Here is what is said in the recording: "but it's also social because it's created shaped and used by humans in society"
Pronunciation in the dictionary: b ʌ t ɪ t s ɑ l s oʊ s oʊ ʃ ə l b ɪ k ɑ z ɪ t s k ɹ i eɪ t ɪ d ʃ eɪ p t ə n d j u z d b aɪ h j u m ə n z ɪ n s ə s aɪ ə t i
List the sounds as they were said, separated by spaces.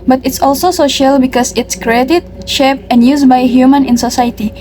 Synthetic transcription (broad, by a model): b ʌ t ɪ t s ɑ l s oʊ s oʊ ʃ ə l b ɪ k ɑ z ɪ t s k ɹ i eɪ t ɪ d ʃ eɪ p ə n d j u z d b aɪ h j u m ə n ɪ n s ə s aɪ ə t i